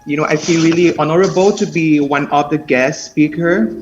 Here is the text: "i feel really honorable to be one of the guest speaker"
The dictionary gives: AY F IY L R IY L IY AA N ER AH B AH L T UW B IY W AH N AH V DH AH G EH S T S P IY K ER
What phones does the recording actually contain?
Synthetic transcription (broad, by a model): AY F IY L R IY L IY AA N ER AH B AH L T UW B IY W AH N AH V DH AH G EH S T S P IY K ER